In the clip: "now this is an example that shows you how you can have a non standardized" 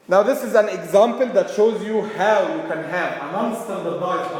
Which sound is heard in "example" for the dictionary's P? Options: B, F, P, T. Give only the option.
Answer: P